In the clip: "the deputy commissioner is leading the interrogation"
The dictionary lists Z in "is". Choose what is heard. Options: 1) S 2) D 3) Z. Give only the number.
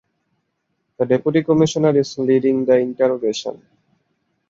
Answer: 1